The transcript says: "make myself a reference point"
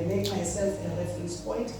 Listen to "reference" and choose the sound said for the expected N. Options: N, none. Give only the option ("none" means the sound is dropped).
none